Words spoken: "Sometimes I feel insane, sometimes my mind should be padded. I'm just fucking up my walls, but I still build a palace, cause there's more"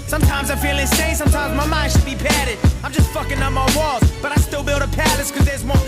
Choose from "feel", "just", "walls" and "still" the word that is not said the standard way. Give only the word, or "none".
walls